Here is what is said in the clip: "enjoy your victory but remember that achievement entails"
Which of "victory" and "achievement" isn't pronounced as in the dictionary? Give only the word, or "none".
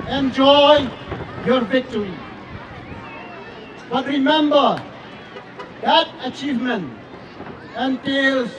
none